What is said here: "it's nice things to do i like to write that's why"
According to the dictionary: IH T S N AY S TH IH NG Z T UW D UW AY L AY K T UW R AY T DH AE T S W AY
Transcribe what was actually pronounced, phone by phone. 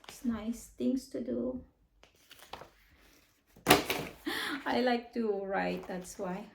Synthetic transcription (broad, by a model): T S N AY S T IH NG S T UW D UW AY L AY K T UW R AY T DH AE T S W AY